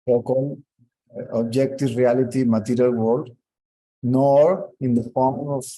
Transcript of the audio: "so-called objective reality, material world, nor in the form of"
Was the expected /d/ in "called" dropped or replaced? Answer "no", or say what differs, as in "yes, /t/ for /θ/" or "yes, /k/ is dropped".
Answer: yes, /d/ is dropped